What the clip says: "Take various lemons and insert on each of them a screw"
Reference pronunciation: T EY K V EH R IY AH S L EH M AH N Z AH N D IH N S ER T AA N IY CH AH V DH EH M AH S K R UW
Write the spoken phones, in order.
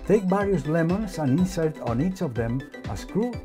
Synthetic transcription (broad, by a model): T EY K B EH R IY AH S L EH M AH N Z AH N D IH N S ER T AA N IY CH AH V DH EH M AH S K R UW